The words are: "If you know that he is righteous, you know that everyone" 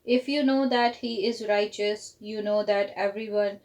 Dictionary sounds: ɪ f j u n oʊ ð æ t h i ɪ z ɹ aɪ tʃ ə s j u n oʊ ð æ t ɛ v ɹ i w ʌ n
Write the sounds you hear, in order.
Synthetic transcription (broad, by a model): ɪ f j u n oʊ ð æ t h i ɪ z ɹ aɪ tʃ ə s j u n oʊ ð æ t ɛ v ɹ i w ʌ n